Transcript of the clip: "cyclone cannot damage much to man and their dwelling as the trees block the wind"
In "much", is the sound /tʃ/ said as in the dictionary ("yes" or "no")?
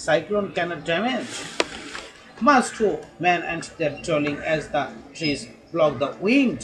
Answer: no